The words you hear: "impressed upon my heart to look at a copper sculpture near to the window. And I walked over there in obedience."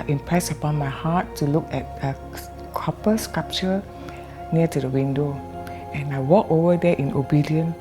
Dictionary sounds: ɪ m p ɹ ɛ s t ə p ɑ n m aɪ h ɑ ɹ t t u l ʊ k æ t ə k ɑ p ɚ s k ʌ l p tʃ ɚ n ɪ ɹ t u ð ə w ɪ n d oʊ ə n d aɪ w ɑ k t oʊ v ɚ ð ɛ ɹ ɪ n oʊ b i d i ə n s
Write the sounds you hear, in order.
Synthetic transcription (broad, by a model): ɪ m p ɹ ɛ s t ə p ɑ n m aɪ h ɑ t t u l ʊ k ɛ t ə k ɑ p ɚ s k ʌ p tʃ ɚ n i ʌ t u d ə w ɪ n d oʊ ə n aɪ w ɑ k oʊ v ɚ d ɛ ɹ ɪ n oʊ b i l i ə n